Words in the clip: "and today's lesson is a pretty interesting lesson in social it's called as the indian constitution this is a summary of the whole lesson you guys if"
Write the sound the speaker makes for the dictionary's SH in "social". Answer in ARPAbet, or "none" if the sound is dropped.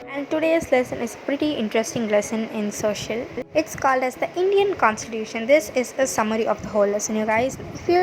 SH